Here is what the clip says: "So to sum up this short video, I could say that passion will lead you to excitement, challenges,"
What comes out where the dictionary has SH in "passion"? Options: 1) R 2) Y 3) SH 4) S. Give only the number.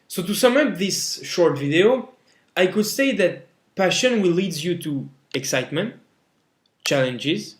3